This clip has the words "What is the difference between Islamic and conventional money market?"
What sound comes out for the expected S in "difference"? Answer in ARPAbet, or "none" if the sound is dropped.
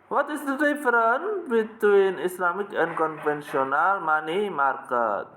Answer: none